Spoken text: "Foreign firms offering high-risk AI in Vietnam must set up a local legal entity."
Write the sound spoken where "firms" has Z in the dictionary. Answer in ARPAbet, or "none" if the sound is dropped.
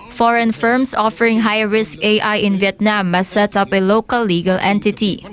S